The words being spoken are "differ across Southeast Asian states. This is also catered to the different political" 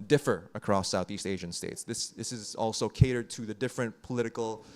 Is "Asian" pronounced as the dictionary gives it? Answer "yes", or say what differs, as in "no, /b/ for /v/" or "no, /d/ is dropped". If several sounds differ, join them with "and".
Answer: yes